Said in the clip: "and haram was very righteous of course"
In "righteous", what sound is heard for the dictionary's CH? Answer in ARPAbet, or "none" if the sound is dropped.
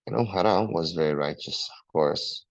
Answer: CH